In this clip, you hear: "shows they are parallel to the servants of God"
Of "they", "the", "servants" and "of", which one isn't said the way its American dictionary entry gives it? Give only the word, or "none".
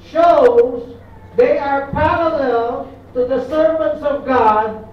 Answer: none